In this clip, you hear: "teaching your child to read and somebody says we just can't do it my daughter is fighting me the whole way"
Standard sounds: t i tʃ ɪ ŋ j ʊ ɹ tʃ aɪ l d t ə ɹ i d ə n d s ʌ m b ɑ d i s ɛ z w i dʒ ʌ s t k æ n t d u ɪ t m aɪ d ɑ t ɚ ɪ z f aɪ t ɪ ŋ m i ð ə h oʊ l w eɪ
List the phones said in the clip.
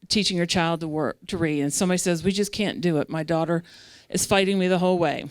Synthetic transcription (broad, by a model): t i tʃ ɪ ŋ j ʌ ɹ tʃ aɪ l d t ə ɹ i d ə n s ʌ m b ɑ d i s ɛ z w i dʒ ʌ s k æ n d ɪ ɪ t m aɪ d ɑ t ɚ ɪ z f aɪ t ɪ ŋ m i ð ə h oʊ l w eɪ